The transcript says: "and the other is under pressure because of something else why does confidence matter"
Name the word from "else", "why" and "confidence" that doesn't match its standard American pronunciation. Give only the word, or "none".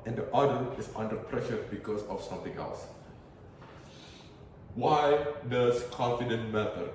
confidence